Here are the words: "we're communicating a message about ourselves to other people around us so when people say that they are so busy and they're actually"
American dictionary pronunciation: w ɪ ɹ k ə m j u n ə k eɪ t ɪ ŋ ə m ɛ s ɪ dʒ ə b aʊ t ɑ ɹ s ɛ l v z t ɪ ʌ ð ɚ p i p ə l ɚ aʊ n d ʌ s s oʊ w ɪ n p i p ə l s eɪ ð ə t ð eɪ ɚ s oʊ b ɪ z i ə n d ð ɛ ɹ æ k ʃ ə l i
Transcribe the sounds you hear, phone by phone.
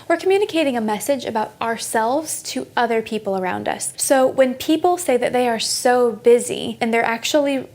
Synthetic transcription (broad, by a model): w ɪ ɹ k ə m j u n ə k eɪ t ɪ ŋ ə m ɛ s ɪ dʒ ə b aʊ t ɑ ɹ s ɛ l v z t ɪ ʌ ð ɚ p i p l ɚ aʊ n d ʌ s s oʊ w ɪ n p i p l s eɪ ð ə t ð eɪ ɚ s oʊ b ɪ z i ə n ð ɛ ɹ æ k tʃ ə l i